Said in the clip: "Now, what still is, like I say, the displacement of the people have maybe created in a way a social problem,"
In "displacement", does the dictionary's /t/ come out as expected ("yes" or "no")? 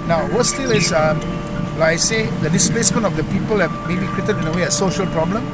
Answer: no